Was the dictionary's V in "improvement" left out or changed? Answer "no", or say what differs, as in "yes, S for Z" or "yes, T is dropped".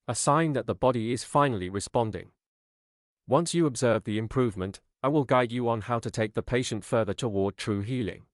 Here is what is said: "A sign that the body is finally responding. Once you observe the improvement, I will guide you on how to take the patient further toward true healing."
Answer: no